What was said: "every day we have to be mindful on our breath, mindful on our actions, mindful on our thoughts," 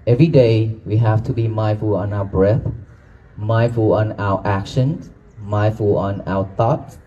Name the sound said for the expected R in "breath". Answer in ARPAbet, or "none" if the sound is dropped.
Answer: R